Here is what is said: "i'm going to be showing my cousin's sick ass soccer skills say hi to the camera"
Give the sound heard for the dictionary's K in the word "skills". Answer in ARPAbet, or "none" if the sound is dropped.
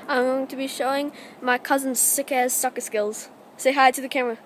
K